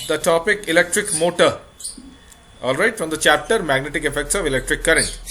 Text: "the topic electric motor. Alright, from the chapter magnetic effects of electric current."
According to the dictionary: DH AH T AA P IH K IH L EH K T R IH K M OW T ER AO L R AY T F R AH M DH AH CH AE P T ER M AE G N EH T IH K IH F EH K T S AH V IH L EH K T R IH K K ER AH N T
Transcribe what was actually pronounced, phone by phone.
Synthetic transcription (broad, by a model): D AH T AA P IH K IH L EH K T R IH K M OW T ER AO L R AY T F R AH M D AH CH AE P T ER M AE G N EH T IH K IH F EH K T S AH V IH L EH K T R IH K K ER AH N T